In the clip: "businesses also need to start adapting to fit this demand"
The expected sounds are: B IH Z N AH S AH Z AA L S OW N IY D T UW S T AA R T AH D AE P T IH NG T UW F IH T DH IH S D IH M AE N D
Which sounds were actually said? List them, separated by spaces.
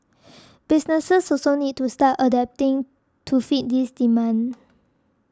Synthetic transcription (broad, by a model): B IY S N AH S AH S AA S OW N IY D T UW S T AA T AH D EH P T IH NG T UW F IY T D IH S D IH M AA N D